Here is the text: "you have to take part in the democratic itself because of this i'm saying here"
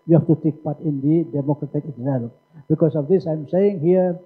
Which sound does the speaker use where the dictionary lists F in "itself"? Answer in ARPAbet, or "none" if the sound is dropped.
P